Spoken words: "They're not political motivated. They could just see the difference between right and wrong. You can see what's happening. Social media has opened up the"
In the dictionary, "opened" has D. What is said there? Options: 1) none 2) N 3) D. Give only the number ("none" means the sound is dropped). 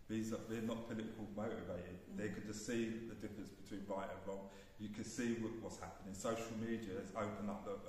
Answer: 1